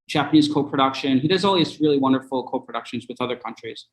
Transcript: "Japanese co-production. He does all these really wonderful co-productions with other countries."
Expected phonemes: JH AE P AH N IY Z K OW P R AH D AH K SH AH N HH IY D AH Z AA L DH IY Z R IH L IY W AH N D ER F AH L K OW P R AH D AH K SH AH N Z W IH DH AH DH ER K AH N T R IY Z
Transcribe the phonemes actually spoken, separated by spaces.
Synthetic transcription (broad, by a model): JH AE P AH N IY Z K OW P R AH D AH K SH AH N HH IY D AH Z AA L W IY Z R IH L IY W AH N D ER F L K OW P R AH D AH K SH AH N Z W IH DH AH DH ER K AH N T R IY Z